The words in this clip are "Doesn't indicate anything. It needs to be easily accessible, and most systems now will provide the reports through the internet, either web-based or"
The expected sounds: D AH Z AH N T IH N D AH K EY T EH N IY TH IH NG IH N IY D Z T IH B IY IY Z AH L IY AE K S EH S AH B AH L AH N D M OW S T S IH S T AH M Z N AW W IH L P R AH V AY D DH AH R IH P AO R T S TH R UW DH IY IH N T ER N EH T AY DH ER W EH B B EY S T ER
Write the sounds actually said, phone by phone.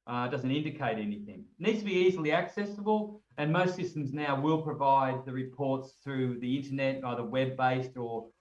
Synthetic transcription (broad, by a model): D AH Z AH N T IH N D AH K EY T EH N IY TH IH NG N IY D Z T IH B IY IY Z L IY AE K S EH S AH B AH L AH N M OW S T S IH S T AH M Z N AW W IH L P R AH V AY D DH AH R IH P AO R T S TH R UW DH IY IH N T ER N EH T AY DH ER W EH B B EY S T ER